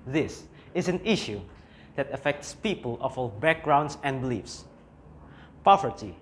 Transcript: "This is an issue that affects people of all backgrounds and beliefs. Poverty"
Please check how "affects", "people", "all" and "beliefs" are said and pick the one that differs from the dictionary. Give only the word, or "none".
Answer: none